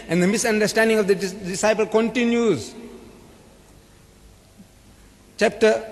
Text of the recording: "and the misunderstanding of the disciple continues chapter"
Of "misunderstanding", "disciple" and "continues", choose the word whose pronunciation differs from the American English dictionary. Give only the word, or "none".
none